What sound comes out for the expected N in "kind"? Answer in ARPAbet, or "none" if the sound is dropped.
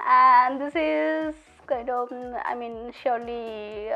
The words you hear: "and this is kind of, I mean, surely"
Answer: none